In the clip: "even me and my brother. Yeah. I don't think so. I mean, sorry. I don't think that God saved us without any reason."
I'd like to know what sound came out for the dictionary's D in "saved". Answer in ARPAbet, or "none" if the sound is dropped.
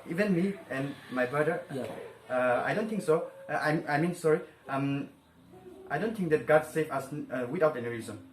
none